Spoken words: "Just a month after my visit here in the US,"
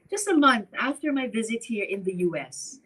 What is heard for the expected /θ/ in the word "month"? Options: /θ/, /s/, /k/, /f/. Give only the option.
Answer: /θ/